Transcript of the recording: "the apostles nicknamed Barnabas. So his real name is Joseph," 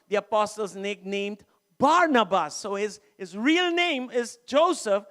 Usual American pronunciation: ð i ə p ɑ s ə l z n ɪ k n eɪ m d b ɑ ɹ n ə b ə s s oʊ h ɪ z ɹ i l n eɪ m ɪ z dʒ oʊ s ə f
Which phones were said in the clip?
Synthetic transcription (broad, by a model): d i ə p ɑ s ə l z n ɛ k n eɪ m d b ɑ ɹ n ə b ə s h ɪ h ɪ z ɹ i l n eɪ m ɪ z dʒ oʊ s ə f